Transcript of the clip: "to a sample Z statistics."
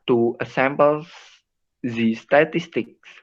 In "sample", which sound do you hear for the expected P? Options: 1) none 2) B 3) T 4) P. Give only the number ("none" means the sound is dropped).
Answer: 2